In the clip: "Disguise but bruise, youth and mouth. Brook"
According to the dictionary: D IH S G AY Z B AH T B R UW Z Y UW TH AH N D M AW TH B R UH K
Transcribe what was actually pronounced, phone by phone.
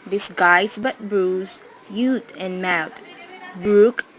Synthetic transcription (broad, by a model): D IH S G AY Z B AH T B R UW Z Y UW T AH N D M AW T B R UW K